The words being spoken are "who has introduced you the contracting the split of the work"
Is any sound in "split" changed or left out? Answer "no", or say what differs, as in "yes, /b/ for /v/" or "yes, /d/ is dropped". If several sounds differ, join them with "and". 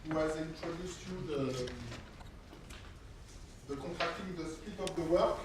yes, /l/ is dropped